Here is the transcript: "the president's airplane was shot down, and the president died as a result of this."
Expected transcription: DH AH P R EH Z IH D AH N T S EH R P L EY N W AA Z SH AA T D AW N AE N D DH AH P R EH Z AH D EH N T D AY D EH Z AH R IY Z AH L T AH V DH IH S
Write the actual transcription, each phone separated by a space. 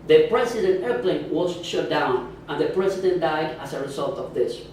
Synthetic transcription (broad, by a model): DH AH P R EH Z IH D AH N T EH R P L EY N W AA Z SH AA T D AW N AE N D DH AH P R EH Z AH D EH N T D AY D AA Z AH R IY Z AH L T AH V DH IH S